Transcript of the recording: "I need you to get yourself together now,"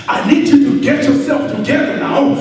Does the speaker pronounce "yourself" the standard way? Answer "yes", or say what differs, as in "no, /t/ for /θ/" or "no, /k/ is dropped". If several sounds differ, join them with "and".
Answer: yes